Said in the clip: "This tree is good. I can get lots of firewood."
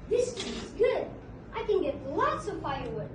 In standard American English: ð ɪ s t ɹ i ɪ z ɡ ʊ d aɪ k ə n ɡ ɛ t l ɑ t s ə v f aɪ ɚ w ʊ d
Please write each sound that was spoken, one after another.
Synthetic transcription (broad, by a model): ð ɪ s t i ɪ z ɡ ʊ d aɪ k ə n ɡ ɛ t l ɑ t s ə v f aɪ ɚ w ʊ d